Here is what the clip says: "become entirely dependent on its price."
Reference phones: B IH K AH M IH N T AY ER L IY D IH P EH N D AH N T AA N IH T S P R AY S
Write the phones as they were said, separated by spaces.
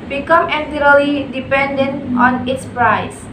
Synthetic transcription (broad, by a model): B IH K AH M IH T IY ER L IY D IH P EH N D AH N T AA N IH T S P R AY S